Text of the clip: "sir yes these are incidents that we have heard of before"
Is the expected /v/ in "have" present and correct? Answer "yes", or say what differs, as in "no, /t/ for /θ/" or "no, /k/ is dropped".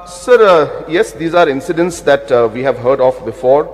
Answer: yes